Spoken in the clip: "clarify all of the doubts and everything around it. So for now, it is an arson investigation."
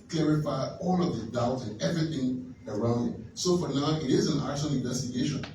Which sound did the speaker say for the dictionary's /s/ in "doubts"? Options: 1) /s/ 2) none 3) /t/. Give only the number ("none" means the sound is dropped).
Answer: 2